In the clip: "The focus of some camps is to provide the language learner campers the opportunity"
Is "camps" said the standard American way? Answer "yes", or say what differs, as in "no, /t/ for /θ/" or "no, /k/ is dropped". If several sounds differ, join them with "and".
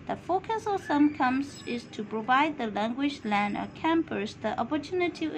no, /p/ is dropped